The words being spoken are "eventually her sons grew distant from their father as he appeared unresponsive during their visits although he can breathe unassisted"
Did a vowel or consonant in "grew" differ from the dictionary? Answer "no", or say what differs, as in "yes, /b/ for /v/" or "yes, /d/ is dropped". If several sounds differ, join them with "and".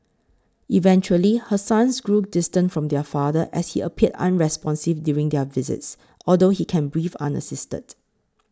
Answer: no